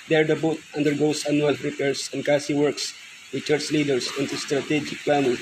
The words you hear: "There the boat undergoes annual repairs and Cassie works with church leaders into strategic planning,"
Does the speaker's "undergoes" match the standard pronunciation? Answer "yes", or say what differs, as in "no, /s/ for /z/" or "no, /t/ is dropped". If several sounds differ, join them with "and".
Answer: no, /s/ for /z/